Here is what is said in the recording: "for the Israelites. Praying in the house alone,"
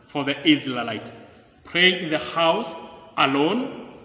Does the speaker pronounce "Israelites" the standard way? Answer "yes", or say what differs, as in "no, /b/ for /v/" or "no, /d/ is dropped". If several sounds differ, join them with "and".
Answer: no, /l/ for /ɹ/ and /s/ is dropped